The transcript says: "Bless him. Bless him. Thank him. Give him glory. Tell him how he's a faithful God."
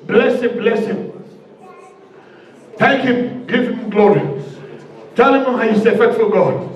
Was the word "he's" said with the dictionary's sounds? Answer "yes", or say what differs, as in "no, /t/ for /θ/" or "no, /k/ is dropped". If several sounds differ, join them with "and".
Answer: no, /s/ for /z/